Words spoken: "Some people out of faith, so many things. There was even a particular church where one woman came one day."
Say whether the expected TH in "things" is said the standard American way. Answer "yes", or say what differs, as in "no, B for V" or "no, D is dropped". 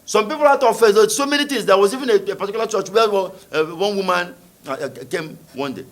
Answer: no, T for TH